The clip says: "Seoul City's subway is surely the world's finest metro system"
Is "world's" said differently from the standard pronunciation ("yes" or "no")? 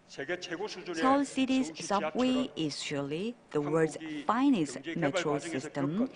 yes